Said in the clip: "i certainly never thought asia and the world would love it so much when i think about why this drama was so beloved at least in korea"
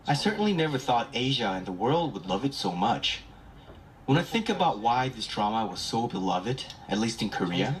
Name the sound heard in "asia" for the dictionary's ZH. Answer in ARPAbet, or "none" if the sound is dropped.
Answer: ZH